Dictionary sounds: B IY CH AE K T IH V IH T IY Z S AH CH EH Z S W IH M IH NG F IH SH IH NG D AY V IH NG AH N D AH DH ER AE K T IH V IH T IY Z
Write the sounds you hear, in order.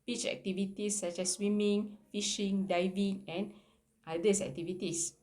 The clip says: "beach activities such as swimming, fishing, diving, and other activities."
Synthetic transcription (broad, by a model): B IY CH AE K T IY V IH T IY S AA CH EH S W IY M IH NG F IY SH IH NG D AY V IH NG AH N D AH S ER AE K T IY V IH T IY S